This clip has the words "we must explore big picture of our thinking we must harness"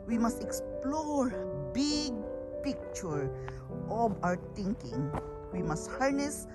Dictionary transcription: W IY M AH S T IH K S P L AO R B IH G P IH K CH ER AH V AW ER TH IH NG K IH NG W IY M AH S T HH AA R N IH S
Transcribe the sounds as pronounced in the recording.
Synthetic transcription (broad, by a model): W IY M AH S T IH K S P L AO R B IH G P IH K CH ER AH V AW ER T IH NG K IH NG W IY M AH S T HH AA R N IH S